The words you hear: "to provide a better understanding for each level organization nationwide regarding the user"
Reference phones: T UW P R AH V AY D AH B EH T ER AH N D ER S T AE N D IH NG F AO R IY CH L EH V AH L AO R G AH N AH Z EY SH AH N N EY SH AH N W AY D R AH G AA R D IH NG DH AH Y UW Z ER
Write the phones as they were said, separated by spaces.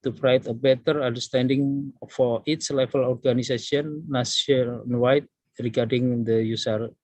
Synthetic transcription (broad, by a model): T UW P R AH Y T AH B EH T ER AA N D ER S T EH N D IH NG F AO R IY S L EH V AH L AO R G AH N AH S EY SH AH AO N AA S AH N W AY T R AH G AA R D IH NG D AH Y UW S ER